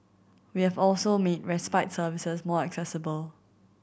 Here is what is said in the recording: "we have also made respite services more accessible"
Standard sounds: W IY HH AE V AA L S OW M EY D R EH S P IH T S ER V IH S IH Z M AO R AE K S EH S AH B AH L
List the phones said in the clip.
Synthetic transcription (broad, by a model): W IY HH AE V AA L S OW M EY D R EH S P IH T S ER V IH S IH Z M AO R AE K S EH S AH B AH L